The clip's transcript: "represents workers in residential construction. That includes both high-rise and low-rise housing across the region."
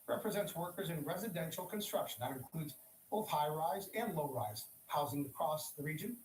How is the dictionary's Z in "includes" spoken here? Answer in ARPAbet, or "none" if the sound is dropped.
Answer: Z